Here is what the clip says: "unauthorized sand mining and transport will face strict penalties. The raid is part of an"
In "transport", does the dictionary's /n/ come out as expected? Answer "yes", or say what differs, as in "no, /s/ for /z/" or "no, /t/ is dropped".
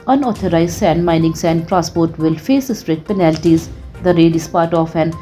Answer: no, /n/ is dropped